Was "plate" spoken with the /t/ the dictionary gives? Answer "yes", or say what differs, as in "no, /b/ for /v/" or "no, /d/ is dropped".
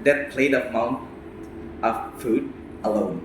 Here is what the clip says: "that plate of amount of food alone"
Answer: no, /t/ is dropped